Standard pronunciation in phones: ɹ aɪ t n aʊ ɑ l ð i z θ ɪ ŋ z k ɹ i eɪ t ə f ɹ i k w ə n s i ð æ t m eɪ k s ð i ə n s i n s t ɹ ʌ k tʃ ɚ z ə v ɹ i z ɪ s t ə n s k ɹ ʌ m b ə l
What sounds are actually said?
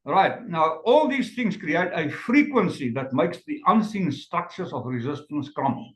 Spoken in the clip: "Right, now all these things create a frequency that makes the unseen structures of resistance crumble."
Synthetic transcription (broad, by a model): ɹ aɪ t n aʊ ɑ l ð i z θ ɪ ŋ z k ɹ i eɪ t ə f ɹ i k w ə n s i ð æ t m eɪ k s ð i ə n s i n s t ɹ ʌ k tʃ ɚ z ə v ɹ i z ɪ s t ə n s k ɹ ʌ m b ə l